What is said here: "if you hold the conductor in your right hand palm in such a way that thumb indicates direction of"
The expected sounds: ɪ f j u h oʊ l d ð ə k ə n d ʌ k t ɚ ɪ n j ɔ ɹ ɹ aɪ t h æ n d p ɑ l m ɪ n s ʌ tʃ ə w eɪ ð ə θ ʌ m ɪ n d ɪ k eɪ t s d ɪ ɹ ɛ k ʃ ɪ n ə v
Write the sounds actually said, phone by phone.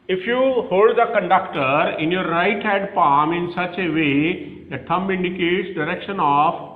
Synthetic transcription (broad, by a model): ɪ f j u h oʊ l d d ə k ə n d ʌ k t ɚ ɪ n j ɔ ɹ ɹ aɪ t h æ d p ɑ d m ɪ n s ʌ tʃ ə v eɪ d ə t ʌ m ɪ n d ɪ k eɪ t s d ɪ ɹ ɛ k ʃ ɪ n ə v